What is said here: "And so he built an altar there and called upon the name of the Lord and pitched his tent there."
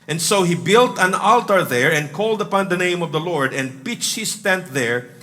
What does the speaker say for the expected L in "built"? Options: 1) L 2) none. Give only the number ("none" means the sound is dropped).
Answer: 1